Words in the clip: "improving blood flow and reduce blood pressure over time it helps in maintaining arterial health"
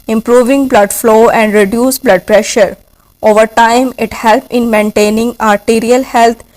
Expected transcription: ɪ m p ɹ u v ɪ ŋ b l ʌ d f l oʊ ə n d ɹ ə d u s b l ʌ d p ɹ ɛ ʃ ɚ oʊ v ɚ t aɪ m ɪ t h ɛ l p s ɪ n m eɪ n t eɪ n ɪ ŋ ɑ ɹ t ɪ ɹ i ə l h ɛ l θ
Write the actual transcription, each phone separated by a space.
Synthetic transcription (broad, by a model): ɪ m p ɹ u v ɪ ŋ b l ʌ d f l oʊ ə n d ɹ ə d u s b l ʌ d p ɹ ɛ ʃ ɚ oʊ v ɚ t aɪ m ɪ t h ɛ l p ɪ n m eɪ n t eɪ n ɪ ŋ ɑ ɹ t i ɹ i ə l h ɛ l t